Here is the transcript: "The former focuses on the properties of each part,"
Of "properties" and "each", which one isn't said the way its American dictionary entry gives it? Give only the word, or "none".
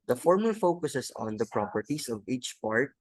properties